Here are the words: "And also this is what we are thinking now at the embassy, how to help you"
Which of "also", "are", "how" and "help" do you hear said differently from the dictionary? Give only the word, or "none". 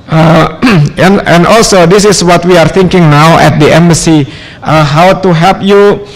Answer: help